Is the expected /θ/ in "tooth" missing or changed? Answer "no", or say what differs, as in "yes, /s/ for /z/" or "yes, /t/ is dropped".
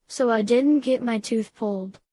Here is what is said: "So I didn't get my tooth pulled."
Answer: no